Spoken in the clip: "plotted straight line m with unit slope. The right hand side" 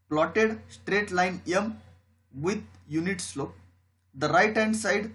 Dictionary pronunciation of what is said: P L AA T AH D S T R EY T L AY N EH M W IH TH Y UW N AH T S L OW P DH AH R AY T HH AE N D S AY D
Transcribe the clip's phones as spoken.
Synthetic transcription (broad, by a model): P L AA T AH D S T R EY T L AY N EH M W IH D Y UW N AH T S L OW P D AH R AY T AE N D S AY D